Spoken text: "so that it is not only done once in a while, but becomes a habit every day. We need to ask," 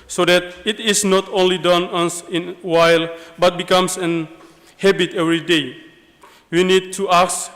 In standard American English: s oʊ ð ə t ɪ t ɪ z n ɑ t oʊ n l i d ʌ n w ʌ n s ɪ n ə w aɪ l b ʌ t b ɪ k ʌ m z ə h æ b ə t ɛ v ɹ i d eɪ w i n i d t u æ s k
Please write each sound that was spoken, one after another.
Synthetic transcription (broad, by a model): s oʊ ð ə t ɪ t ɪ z n ɑ t oʊ n l i d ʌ n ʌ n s ɪ n w aɪ l b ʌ t b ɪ k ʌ m s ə h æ b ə t ɛ v ɹ i d eɪ w i n i d t u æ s